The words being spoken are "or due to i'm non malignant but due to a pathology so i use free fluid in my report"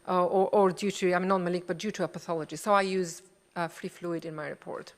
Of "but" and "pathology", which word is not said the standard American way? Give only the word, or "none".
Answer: none